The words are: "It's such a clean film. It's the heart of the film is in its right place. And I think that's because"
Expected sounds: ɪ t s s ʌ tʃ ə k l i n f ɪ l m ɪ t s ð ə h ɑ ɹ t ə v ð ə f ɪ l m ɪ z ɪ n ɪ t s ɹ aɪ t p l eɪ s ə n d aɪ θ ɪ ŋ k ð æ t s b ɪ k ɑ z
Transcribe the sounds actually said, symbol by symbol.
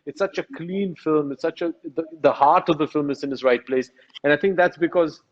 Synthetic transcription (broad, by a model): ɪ t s s ʌ tʃ ə k l i n f ɪ l m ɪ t s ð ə h ɑ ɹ t ə v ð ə f ɪ l m ɪ z ɪ n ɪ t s ɹ aɪ t p l eɪ s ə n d aɪ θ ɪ ŋ k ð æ t s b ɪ k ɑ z